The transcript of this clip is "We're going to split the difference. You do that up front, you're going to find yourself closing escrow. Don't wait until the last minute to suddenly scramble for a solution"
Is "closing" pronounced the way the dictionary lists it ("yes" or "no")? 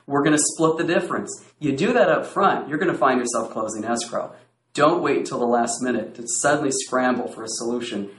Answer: yes